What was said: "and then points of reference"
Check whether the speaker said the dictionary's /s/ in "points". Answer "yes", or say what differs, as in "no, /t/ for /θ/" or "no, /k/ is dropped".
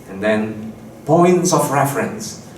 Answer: yes